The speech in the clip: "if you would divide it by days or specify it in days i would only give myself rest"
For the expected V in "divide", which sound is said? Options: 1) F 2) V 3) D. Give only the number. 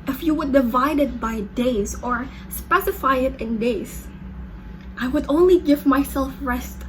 2